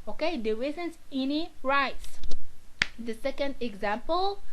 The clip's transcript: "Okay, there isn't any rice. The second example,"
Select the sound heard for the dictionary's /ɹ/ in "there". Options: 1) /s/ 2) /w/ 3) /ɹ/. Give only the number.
2